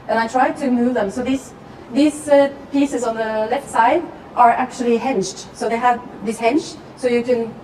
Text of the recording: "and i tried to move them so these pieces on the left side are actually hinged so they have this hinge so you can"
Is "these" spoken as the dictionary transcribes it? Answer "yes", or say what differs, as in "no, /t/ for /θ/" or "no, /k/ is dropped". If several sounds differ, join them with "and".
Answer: no, /s/ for /z/